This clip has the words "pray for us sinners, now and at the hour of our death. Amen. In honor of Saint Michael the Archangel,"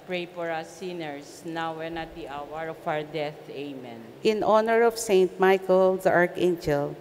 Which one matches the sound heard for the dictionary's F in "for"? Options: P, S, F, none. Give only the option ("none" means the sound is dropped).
P